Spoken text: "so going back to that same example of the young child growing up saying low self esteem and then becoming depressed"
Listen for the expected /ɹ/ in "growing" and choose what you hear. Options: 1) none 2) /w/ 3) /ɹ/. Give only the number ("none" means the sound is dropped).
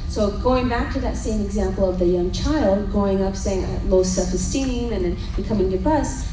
1